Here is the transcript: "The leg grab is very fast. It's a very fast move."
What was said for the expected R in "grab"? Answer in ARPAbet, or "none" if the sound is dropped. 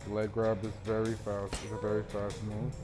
R